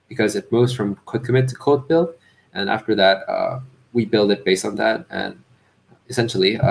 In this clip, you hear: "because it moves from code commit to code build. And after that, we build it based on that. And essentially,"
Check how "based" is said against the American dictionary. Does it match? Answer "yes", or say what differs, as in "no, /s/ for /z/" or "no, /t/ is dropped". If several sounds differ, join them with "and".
yes